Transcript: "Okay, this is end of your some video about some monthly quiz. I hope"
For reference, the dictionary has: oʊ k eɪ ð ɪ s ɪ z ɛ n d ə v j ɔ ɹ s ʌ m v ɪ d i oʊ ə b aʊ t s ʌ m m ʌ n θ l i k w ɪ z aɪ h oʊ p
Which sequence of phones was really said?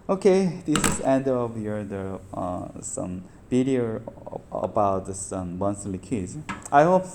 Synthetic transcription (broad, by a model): oʊ k eɪ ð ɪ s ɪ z ɛ n d ə v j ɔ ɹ s ʌ m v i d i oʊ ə b aʊ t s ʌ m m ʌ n s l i k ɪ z aɪ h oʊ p